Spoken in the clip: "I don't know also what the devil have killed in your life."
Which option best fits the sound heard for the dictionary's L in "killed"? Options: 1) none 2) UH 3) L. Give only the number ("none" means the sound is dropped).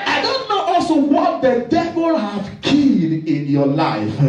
1